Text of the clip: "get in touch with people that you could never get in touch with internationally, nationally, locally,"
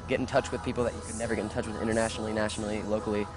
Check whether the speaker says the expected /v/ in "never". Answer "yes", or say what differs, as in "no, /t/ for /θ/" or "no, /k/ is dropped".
yes